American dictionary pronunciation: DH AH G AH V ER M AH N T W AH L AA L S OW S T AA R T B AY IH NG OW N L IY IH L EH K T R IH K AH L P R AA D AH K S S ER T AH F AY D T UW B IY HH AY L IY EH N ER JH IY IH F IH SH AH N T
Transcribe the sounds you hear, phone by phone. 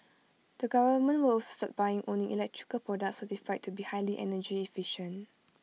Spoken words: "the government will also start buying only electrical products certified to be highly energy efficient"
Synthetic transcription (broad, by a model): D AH G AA V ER M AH N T W AH L AA L S OW S T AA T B AY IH NG OW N IY IH L EH K T R IH K AH L P R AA D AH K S S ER T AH F AY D T UW B IY HH AY L IY EH N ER JH IY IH F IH SH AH N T